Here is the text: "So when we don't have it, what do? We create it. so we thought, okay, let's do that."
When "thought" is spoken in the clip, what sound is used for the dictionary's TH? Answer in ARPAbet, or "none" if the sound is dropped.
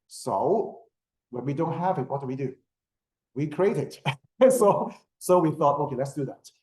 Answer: TH